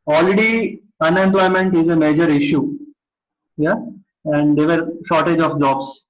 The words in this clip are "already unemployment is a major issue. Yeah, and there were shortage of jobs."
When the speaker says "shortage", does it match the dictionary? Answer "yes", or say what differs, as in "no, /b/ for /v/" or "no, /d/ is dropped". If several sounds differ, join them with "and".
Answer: yes